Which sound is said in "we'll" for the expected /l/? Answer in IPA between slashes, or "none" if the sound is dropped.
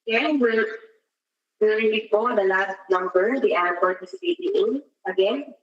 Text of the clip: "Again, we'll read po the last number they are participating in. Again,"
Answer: /w/